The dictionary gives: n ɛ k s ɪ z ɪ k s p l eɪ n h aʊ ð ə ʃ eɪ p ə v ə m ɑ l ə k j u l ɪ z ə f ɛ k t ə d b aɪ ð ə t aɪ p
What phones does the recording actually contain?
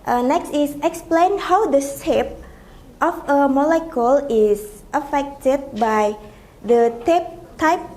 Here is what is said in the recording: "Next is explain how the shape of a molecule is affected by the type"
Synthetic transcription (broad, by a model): n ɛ k s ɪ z ɪ k s p l eɪ n h aʊ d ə s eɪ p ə f ə m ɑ l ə k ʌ l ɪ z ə f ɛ k t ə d b aɪ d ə t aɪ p